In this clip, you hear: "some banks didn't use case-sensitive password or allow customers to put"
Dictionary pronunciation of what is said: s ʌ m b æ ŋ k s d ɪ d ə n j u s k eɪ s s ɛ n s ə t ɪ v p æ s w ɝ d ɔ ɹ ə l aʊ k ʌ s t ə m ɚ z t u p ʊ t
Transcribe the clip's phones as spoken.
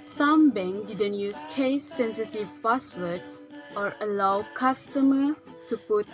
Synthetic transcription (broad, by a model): s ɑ m b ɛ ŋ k d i d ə n j u s k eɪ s s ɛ n s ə t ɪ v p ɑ s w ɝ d ɔ ɹ ə l aʊ k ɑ s t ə m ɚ t u p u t